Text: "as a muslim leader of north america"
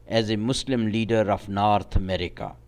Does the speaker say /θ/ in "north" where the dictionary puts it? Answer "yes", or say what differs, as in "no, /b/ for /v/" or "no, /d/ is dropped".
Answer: no, /t/ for /θ/